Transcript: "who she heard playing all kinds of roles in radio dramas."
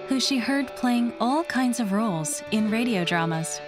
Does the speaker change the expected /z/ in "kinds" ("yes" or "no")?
no